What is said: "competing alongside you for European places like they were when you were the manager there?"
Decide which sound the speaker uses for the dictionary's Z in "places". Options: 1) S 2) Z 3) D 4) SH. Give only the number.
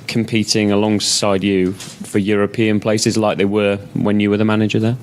2